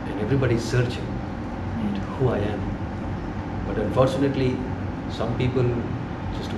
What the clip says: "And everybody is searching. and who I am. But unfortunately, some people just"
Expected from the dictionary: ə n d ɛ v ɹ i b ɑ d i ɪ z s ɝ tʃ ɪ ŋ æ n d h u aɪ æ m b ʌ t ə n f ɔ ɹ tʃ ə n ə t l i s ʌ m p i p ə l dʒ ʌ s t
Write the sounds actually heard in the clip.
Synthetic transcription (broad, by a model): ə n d ɛ v ɹ i b ɑ d i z s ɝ tʃ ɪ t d h u aɪ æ m b ʌ t ə n f ɔ ɹ tʃ ə n ə t l i s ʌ m p i p ə l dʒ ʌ s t